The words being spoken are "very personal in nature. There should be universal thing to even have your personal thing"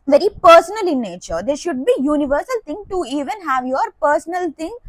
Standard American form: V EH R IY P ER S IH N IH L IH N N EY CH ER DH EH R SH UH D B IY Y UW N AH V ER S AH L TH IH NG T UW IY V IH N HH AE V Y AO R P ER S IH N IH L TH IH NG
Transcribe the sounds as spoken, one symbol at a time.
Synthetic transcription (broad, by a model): V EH R IY P ER S IH N IH L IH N N EY CH ER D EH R SH UH D B IY Y UW N AH V ER S AH L T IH NG T UW IY V IH N HH AE V Y AO R P ER S IH N IH L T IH NG